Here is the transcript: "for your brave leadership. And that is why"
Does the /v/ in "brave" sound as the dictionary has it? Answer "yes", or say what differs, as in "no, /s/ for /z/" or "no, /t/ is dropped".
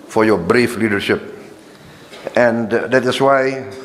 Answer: no, /f/ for /v/